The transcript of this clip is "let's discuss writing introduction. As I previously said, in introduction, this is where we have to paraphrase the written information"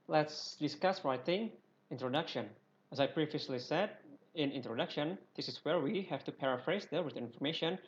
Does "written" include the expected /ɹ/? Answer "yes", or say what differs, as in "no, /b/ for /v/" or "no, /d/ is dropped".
no, /w/ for /ɹ/